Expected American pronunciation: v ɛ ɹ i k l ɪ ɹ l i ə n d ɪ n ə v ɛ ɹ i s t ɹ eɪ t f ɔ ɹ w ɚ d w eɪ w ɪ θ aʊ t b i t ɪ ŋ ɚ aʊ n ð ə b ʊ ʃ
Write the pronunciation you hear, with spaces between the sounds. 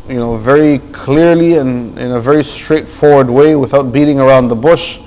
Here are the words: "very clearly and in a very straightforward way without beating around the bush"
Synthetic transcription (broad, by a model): v ɛ ɹ i k l ɪ ɹ l i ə n ɪ n ə v ɛ ɹ i s t ɹ eɪ t f ɔ ɹ w ɚ d w eɪ w ɪ θ aʊ t b i t ɪ ŋ ɚ aʊ n ð ə b ʊ ʃ